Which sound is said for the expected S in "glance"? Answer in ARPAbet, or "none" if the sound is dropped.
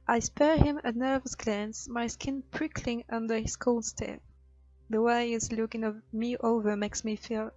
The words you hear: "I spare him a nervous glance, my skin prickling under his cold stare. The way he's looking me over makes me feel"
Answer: S